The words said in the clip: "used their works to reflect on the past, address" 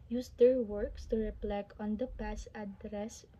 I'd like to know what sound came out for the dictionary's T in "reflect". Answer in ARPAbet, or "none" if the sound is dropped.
none